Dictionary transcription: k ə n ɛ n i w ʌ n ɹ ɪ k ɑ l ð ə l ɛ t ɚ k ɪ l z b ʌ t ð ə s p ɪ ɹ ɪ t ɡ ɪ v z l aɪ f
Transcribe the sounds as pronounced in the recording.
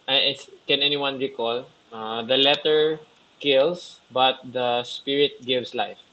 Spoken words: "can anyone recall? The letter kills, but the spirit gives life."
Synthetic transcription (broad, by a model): k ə n ɛ n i w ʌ n ɹ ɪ k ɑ l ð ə l ɛ t ɚ k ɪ l s b ʌ t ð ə s p ɪ ɹ ɪ t ɡ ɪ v s l aɪ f